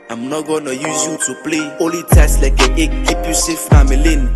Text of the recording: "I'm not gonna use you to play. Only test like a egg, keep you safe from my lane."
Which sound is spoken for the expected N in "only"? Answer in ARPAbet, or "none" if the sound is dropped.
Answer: none